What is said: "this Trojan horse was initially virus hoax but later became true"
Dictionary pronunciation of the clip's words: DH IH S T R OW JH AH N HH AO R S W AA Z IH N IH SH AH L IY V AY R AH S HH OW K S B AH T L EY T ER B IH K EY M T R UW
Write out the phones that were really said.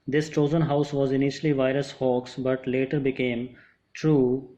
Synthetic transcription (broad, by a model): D IH S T OW Z AH N HH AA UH S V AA Z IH N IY SH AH L IY V AY R AH S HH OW K S B AH T L EY T ER B IH K EY M T R UW